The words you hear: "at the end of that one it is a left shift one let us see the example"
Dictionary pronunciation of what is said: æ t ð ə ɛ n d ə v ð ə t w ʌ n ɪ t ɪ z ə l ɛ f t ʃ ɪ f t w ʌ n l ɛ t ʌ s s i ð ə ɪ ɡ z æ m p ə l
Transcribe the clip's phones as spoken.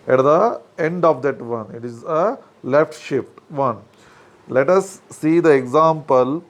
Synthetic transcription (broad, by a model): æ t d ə ɛ n d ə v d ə t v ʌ n ɪ t ɪ z ə l ɛ f t ʃ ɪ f t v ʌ n l ɛ t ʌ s s i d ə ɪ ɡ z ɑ m p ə l